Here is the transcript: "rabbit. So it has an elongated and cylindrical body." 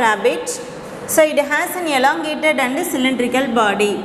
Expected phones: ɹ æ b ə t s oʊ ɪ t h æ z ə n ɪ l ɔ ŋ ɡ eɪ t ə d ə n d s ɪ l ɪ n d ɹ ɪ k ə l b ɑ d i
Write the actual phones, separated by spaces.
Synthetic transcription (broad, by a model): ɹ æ b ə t s oʊ ɪ t h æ s ə n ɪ l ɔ ŋ ɡ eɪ t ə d ə n d s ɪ l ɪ n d ɹ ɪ k ə l b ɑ d i